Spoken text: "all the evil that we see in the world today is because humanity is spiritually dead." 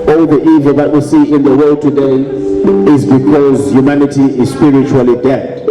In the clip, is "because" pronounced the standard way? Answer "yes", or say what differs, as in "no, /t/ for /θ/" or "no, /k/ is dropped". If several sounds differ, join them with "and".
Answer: yes